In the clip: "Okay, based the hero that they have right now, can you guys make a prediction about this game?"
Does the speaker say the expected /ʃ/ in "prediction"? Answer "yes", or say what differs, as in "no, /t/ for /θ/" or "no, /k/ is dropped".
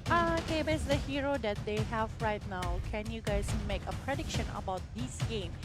yes